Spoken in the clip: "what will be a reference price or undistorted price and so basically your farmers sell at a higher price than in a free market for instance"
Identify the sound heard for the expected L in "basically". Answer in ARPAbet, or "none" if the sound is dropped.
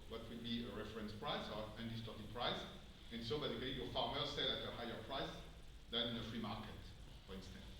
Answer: none